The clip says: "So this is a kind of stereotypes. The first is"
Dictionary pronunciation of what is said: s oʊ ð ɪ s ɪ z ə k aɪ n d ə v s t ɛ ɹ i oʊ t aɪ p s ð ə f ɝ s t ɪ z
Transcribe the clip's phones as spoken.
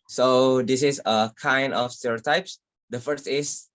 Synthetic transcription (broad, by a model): s oʊ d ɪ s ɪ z ə k aɪ n d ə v s t ɛ ɹ i oʊ t aɪ p s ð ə f ɝ s t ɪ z